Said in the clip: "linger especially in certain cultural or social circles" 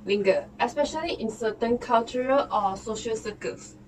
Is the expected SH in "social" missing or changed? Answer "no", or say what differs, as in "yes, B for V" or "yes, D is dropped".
no